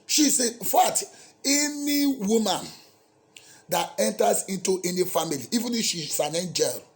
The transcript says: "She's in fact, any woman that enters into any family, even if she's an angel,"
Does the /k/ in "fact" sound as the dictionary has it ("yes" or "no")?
no